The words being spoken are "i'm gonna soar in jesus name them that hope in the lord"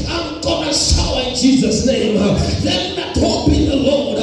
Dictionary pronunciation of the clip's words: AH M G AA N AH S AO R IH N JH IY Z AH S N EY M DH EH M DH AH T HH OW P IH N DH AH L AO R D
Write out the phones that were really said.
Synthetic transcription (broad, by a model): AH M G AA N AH SH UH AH IH N JH IY Z AH S N EY M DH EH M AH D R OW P IH N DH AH L AO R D